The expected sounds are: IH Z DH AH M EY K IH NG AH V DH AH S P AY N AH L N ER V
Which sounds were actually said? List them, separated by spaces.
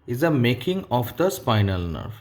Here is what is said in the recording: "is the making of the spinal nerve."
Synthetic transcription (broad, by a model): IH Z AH M EY K IH NG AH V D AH S P AY N AH L N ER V